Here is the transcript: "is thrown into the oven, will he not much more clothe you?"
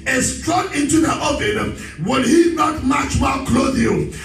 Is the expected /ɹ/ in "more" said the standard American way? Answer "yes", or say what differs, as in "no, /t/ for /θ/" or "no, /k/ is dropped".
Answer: no, /l/ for /ɹ/